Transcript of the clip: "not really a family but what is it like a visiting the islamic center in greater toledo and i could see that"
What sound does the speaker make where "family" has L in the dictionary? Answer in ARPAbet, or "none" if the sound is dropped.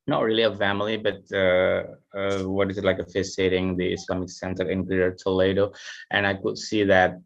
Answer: L